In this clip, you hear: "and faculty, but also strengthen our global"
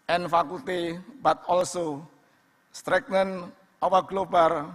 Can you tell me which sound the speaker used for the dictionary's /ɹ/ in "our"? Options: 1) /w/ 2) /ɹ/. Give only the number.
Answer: 1